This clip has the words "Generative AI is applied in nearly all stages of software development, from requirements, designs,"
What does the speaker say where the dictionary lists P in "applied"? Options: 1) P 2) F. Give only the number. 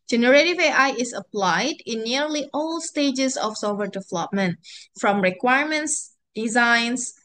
1